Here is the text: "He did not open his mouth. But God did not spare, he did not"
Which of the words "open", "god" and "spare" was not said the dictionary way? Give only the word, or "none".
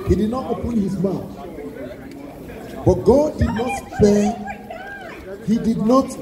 spare